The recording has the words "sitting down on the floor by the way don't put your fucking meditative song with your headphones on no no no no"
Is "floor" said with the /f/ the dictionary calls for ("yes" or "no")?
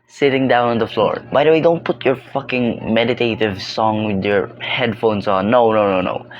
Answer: yes